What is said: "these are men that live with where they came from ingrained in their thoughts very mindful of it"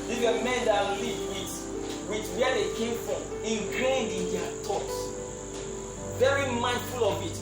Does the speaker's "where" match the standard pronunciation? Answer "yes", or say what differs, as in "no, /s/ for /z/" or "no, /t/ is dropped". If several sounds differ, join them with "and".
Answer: no, /w/ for /ɹ/